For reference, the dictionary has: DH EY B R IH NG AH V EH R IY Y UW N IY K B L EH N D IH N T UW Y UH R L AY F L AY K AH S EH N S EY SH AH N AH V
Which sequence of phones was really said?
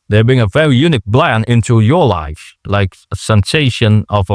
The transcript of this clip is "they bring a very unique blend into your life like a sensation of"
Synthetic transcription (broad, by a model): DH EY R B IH NG AH V EH R IY Y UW N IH K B L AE N IH N T UW Y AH R L AY F L AY K AH S EH N S EY SH AH N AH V